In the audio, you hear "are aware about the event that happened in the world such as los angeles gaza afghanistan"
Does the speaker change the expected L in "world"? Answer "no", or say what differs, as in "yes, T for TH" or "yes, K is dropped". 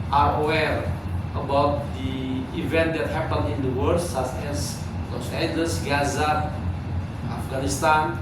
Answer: yes, L is dropped